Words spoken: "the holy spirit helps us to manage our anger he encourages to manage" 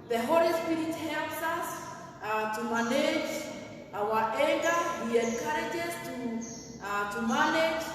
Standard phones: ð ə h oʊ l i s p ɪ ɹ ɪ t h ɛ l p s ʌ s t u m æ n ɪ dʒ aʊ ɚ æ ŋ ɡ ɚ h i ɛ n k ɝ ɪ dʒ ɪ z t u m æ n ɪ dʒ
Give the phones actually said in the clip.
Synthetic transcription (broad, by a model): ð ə h oʊ l i s p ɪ ɹ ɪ t h ɛ l p s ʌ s t u m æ n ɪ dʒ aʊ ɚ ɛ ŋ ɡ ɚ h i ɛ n k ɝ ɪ dʒ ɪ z t u m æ n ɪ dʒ